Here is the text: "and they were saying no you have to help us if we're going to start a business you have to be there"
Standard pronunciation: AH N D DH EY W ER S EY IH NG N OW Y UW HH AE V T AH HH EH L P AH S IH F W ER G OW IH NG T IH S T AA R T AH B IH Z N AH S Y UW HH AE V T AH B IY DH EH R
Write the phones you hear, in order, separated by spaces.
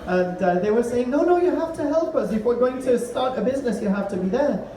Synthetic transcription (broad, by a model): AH N DH EY W ER S EY IH NG N OW Y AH HH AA F T AH HH EH L P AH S IH F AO G OW IH NG T IH S T AA R T AH B IH Z N AH S Y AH HH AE F T AH B IY DH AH R